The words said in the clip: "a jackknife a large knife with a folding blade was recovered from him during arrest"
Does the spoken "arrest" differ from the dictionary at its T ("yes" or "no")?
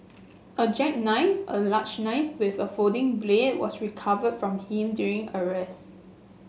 yes